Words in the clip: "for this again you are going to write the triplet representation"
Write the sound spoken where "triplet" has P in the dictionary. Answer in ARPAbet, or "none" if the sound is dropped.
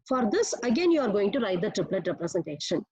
P